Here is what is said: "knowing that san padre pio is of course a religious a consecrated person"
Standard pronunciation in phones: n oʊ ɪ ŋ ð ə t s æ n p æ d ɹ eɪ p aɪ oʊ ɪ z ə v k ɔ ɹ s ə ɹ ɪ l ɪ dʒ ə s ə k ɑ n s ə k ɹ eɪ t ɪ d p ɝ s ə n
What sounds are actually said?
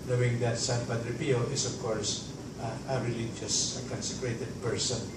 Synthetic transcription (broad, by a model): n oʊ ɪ ŋ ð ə t s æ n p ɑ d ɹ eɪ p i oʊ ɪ s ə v k ɔ ɹ s ə ɹ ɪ l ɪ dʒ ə s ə k ɑ n s ə k ɹ eɪ t ɪ d p ɝ s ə n